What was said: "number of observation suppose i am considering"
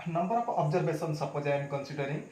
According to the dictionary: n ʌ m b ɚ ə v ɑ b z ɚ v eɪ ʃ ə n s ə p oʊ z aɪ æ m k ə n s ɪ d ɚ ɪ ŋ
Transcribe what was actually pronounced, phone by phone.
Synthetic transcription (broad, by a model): n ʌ m b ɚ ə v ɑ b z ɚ b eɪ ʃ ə n s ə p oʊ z aɪ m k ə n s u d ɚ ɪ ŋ